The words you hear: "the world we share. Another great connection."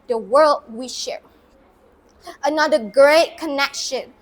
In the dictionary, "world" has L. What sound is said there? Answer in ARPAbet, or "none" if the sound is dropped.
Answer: L